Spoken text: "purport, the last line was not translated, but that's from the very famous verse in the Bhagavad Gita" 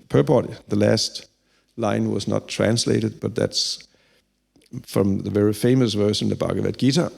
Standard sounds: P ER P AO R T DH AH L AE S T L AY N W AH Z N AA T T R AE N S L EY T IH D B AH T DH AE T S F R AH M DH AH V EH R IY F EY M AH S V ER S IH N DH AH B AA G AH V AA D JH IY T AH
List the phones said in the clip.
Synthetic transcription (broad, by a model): P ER P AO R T DH AH L AE S T L AY N W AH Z N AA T T R AE N S L EY T IH D B AH T DH AE T S F R AH M DH AH V EH R IY F EY M AH S V ER SH IH N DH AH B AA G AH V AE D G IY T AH